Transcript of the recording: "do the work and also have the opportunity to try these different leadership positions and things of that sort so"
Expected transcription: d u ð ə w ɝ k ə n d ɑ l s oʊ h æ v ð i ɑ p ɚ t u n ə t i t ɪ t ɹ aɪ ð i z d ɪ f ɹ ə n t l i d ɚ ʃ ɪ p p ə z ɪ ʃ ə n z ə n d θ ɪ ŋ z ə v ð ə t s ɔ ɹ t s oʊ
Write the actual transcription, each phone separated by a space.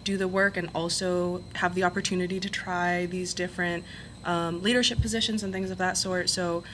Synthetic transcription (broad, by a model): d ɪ ð ə w ɝ k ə n ɑ l s oʊ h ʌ v ð i ɑ p ɚ t u n ə t i t ɪ t ɹ aɪ ð i z d ɪ f ɹ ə n t l i d ɚ ʃ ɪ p p ə z ɪ ʃ ə n z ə n θ ɪ ŋ z ə v ð ə t s ɔ ɹ t s oʊ